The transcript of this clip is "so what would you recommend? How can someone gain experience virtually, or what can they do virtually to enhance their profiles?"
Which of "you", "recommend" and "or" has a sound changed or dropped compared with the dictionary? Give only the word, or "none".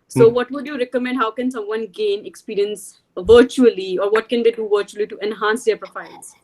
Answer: none